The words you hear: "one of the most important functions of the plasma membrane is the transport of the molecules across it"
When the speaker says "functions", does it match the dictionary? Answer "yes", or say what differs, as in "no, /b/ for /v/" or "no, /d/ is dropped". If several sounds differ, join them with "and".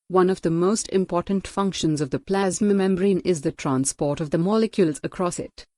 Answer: yes